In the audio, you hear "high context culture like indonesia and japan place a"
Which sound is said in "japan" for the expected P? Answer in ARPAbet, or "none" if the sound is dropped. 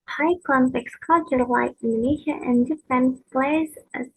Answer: F